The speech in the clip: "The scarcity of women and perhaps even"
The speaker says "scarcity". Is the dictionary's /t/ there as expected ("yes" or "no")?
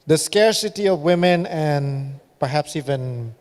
yes